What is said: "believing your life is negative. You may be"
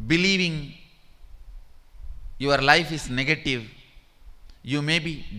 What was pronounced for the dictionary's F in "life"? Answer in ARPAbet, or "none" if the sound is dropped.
F